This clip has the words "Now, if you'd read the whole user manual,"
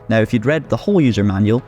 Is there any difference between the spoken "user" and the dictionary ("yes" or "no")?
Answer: no